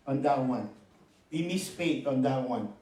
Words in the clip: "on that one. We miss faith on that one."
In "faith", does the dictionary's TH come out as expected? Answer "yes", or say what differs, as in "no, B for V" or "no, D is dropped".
no, T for TH